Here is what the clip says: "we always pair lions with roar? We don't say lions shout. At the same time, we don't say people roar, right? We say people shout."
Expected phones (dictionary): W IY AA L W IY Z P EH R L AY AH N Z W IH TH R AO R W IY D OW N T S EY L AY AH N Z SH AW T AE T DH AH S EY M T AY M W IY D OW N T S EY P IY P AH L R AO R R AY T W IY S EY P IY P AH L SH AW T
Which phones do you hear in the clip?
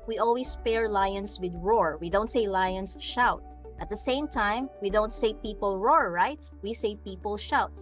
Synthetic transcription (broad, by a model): W IY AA L W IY S P EH R L AY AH N S W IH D R AO R W IY D OW N T S EY L AY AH N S SH AW T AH T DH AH S EY M T AY M W IY D OW N T S EY P IY P AH L R AO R R AY T W IY S EY P IY P AH L SH AW T